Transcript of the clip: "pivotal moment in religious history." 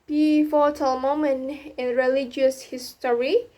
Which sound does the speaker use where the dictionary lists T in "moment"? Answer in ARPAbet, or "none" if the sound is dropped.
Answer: none